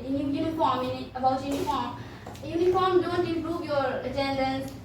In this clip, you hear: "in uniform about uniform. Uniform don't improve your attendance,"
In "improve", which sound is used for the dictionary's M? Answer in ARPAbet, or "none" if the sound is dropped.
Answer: none